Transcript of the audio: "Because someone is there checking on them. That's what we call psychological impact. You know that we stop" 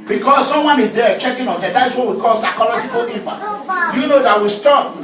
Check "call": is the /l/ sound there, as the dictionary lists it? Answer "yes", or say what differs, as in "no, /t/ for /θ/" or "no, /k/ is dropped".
yes